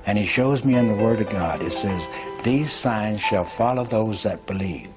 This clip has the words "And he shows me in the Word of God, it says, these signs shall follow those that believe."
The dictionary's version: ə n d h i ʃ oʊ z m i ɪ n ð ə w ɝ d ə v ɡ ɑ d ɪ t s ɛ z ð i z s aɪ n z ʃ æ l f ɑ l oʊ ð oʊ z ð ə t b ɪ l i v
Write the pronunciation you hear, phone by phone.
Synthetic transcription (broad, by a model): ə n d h i ʃ oʊ z m i ɪ n ð ə w ɝ d ə v ɡ ɑ d ɪ t s ɛ z ð i z s aɪ n z ʃ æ l f ɑ l oʊ ð oʊ z ð ə t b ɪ l i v